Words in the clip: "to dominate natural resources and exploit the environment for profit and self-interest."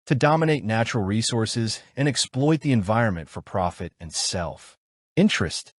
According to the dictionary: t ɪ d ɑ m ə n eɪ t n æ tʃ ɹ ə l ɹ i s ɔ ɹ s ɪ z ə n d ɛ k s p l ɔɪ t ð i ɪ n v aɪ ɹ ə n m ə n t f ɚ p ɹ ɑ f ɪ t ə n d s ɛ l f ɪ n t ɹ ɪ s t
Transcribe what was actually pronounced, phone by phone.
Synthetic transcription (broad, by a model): t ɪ d ɑ m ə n eɪ t n æ tʃ ɹ l ɹ i s ɔ ɹ s ɪ z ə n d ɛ k s p l ɔɪ t ð i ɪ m v aɪ ɹ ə n m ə n t f ɚ p ɹ ɑ f ɪ t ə n s ɛ l f ɪ n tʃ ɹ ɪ s t